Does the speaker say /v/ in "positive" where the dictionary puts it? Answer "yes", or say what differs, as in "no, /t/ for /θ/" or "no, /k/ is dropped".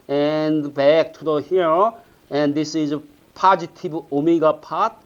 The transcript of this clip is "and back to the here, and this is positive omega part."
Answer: no, /b/ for /v/